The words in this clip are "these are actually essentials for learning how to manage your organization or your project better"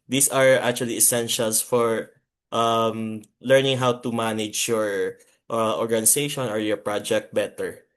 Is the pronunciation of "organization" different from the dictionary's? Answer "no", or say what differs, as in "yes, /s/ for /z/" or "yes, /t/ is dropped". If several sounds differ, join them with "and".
yes, /s/ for /z/